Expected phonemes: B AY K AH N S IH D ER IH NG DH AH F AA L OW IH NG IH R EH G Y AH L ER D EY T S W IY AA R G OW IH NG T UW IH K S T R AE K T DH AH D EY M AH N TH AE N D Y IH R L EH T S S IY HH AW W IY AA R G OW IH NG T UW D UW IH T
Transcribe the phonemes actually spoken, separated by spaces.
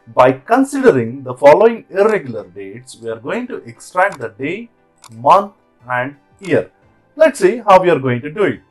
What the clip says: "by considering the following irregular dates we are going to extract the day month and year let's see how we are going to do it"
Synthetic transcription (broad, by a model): B AY K AH N S IH D ER IH NG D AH F AA L OW IH NG IH R EH G Y AH L ER D EY T S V IY AA R G OW IH NG T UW IH K S T R AE K T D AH D EY M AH N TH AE N D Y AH R L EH T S S IY HH AW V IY AA R G OW IH NG T UW D UW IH T